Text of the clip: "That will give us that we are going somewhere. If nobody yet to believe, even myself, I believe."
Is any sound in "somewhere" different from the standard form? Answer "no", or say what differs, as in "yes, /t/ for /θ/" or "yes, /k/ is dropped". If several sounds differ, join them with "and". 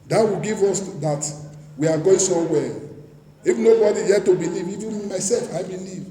yes, /m/ is dropped